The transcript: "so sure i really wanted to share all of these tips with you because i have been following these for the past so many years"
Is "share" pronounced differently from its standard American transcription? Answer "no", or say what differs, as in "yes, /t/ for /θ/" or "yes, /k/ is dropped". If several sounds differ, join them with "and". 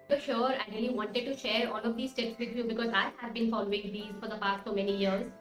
no